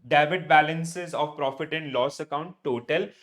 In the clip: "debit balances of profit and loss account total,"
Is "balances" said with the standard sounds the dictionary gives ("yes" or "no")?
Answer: yes